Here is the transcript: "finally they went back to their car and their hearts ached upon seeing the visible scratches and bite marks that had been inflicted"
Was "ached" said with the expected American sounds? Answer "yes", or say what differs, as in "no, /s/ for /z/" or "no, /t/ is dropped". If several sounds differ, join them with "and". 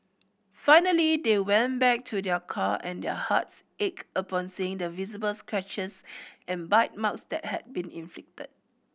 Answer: no, /t/ is dropped